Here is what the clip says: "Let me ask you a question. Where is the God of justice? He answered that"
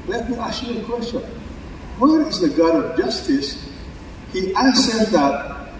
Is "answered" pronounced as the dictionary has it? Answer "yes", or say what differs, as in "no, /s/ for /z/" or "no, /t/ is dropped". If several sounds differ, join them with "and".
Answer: no, /n/ is dropped